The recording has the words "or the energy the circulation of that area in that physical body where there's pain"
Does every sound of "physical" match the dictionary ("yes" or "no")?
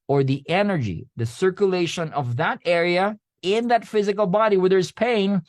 yes